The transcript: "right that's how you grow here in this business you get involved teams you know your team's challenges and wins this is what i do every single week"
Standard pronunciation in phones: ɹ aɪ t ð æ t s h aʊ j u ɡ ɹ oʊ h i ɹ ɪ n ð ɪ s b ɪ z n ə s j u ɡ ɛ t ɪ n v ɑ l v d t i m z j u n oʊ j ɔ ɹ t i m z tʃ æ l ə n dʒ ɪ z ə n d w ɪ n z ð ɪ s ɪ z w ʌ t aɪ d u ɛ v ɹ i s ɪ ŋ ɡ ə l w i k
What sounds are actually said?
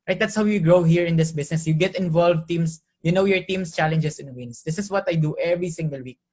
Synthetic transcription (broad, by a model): ɹ aɪ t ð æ t s h aʊ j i ɡ ɹ oʊ h i ɹ ɪ n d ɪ s b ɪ s n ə s j u ɡ ɛ t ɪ n v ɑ l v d t i m s j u n oʊ j ɔ ɹ t i m s tʃ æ l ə n dʒ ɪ s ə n w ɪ n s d ɪ s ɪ s w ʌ t aɪ d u ɛ v ɹ i s ɪ ŋ ɡ ə l w i k